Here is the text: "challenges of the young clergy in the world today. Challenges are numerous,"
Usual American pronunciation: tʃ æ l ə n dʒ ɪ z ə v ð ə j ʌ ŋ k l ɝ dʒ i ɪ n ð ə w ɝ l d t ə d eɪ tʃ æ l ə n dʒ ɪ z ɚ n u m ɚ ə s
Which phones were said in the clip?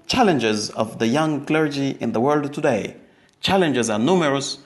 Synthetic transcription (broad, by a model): tʃ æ l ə n dʒ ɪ z ə v ð ə j ʌ ŋ k l ɝ dʒ i ɪ n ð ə w ɝ l d t ə d eɪ tʃ æ l ə n dʒ ɪ z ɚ n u m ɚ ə s